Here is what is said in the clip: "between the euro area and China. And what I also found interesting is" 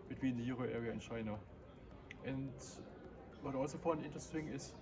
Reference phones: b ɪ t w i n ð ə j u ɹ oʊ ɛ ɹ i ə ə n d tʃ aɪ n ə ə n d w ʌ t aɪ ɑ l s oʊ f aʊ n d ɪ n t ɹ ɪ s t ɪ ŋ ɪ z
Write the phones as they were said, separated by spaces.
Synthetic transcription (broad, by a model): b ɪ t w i n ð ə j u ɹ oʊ ɛ ɹ i ə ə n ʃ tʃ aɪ n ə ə n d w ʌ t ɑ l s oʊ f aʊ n ɪ n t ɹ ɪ s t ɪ ŋ ɪ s